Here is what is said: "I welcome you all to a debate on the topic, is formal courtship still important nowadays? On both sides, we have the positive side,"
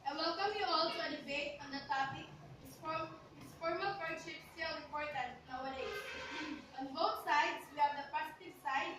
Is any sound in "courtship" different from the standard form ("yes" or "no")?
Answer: yes